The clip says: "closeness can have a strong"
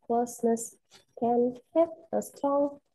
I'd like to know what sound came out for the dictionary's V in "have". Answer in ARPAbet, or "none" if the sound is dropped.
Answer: P